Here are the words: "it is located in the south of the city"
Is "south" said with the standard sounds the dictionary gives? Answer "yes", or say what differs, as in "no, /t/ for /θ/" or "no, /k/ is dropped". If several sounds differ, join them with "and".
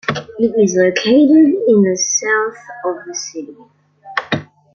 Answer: yes